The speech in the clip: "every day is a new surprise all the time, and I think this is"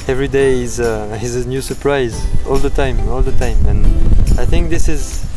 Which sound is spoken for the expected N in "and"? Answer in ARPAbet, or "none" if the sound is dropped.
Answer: L